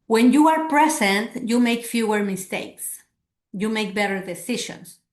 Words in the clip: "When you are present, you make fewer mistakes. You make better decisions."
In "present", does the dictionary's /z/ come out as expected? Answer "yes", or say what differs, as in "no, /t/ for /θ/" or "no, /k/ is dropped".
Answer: no, /s/ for /z/